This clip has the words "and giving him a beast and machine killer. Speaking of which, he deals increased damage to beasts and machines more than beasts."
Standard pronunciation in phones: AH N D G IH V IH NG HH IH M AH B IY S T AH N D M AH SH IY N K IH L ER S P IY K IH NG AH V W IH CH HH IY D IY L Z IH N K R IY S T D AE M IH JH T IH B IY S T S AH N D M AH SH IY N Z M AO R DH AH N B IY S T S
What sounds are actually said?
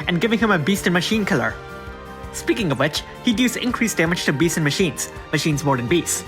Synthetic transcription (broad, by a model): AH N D G IH V IH NG HH IH M AH B IY S T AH N M AH SH IY N K IH L ER S P IY K IH NG AH V W IH CH HH IY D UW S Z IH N K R IY S D AE M IH JH T IH B IY S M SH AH N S M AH SH IY N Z M AO R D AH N B IY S S